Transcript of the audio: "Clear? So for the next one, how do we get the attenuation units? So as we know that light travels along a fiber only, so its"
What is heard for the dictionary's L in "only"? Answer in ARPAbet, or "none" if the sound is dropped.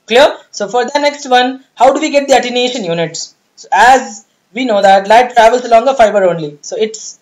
L